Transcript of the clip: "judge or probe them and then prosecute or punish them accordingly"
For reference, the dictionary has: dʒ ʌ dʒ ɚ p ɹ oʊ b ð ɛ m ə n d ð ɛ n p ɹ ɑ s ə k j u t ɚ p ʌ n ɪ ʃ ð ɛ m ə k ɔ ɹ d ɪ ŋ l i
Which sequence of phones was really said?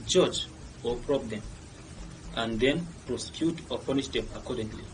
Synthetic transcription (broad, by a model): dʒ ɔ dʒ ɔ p ɹ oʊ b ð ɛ m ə n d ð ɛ n p ɹ ɑ s ə k j u t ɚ p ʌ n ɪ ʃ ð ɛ m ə k ɔ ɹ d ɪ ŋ l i